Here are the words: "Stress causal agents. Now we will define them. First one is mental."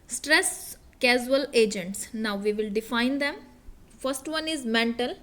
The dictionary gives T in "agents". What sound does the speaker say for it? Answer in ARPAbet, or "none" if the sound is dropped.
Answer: T